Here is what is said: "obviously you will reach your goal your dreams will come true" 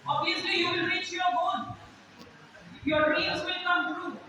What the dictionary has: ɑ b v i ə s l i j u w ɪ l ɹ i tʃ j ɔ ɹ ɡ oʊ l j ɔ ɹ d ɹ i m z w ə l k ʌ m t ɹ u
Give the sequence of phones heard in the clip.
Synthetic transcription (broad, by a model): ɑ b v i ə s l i j u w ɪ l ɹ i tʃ j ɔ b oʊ n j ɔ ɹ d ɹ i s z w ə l k ʌ m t ɹ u